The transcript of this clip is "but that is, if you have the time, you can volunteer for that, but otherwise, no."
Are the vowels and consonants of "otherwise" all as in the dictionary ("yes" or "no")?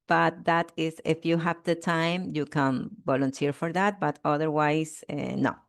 no